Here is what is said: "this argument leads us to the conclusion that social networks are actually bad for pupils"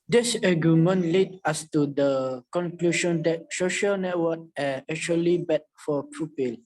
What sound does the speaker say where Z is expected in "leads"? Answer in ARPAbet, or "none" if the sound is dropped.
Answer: none